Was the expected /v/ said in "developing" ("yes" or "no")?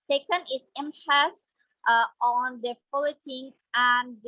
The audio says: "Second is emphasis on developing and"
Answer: no